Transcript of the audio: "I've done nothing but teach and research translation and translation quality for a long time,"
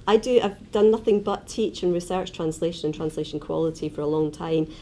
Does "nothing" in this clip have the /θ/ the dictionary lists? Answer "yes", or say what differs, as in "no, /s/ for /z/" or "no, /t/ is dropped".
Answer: yes